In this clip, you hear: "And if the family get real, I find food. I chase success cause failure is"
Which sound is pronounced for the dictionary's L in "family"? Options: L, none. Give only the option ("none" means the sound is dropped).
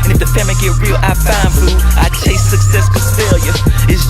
none